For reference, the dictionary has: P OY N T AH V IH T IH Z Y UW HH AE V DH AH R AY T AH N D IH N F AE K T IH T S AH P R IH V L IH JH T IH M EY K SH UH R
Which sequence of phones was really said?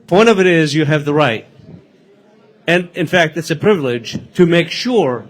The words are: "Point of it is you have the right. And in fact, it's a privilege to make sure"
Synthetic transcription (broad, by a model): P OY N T AH V IH T IH Z Y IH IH V DH AH R AY T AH N IH N F AE K T IH T S AH P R IH V L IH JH T IH M EY K SH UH R